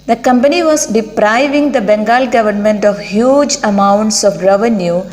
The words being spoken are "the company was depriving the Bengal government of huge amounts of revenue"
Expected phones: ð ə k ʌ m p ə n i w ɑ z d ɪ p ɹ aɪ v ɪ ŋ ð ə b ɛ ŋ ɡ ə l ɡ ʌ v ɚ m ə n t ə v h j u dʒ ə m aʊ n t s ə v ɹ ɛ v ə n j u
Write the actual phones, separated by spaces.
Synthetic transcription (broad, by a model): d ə k ʌ m p ə n i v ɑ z d ɪ p ɹ aɪ v ɪ ŋ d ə b ɛ ŋ ɡ ə l ɡ ʌ v ɚ m ə n t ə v h j u dʒ ə m aʊ n t s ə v ɹ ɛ v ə n j u